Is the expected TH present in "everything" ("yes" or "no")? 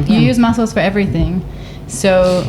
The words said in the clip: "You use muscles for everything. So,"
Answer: yes